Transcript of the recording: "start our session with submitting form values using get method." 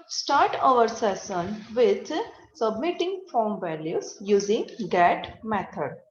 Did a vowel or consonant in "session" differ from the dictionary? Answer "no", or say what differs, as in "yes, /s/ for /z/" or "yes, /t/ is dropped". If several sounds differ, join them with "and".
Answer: yes, /s/ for /ʃ/